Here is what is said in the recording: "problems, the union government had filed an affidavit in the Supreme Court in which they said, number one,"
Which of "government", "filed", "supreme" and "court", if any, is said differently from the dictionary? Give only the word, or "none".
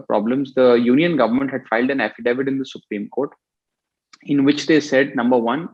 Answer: none